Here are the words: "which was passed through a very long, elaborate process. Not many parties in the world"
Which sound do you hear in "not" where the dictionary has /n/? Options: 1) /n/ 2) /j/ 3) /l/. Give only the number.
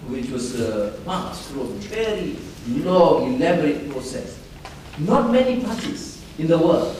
1